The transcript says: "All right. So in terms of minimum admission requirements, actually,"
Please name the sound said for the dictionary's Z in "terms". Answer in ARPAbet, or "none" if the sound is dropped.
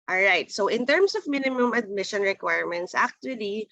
S